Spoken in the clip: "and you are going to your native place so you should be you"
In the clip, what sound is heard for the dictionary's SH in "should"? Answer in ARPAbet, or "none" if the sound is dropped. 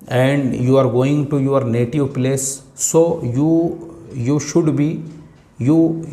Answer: SH